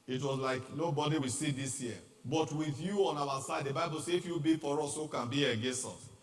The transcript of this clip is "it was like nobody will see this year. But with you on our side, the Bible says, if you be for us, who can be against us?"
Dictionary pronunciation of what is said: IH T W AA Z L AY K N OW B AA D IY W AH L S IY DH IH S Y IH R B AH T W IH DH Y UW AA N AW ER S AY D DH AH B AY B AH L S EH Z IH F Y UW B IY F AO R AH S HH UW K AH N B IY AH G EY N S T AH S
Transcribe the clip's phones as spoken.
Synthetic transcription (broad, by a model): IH T W AA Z L AY K N OW B AA D IY W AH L S IY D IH S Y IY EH B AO T W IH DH Y UW AA N AW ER S AY D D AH B AY B AH L S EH IH F Y UW B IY F AO R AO S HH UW K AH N B IY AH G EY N S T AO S